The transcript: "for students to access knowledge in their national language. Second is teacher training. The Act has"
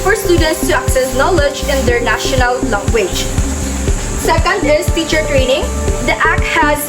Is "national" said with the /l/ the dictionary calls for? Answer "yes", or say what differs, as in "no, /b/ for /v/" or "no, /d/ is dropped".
yes